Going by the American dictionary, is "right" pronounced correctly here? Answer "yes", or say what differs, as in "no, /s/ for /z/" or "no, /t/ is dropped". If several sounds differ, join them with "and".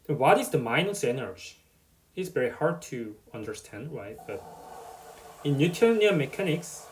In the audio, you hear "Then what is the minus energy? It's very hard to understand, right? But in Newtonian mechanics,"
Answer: no, /w/ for /ɹ/